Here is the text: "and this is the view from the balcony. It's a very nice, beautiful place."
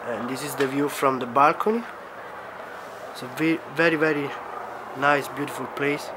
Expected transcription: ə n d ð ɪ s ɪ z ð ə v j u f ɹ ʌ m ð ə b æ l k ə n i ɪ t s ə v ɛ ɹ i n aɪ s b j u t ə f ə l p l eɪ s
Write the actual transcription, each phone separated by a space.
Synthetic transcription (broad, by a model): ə n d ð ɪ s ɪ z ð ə v j u f ɹ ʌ m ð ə b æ l k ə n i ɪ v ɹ ə v ɛ ɹ i n aɪ s b j u t ə f ə l p l eɪ s